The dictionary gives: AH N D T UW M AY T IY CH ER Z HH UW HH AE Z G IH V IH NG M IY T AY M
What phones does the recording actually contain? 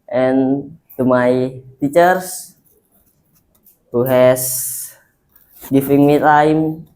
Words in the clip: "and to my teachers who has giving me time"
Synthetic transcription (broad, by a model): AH N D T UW M AY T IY CH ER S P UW HH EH S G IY F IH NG M IY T AY M